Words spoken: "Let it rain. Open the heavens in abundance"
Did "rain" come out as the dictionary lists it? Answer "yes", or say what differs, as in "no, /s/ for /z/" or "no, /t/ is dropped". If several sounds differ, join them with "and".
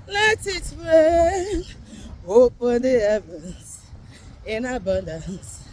no, /w/ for /ɹ/